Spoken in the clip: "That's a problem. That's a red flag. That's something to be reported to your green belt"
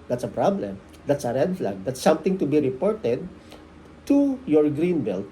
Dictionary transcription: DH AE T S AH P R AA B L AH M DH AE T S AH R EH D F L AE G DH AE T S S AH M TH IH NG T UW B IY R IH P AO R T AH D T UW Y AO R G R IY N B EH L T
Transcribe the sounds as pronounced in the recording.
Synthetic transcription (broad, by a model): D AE T S AH P R AA B L AH M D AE T S AH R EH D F L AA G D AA T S S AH M T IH NG T UW B IY R IH P AO R T AH D T UW Y AO R G R IY N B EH L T